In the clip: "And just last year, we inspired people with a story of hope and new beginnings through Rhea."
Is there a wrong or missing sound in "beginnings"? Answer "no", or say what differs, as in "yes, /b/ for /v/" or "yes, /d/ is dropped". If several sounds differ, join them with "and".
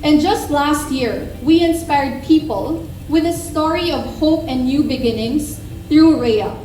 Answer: yes, /s/ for /z/